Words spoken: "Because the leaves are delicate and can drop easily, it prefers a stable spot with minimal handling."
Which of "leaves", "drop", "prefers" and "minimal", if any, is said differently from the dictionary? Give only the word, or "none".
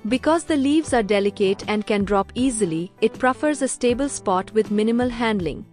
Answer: none